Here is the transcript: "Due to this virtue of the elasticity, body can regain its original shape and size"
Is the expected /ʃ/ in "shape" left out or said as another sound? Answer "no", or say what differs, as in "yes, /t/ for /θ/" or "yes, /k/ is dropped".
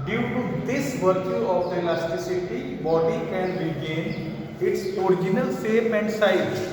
yes, /s/ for /ʃ/